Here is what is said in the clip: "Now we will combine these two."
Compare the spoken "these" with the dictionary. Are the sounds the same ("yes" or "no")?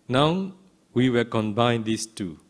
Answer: no